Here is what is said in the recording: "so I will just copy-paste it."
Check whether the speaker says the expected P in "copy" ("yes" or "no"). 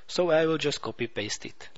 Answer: yes